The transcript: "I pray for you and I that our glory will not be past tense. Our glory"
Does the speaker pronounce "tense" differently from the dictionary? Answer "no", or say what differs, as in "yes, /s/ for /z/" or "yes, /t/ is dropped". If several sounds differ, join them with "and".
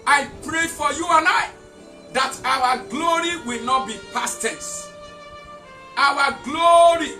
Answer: yes, /n/ is dropped